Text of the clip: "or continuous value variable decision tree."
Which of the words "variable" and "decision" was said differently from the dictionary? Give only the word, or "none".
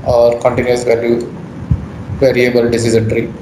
decision